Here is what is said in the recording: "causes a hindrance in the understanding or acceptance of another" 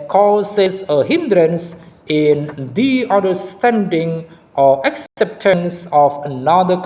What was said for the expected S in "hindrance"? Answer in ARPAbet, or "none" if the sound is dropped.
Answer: S